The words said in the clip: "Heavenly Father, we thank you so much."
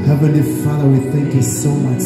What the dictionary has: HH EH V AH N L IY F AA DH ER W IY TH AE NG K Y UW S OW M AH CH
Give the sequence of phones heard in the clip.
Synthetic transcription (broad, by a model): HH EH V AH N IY F AA DH ER W IY TH AE NG K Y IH S OW M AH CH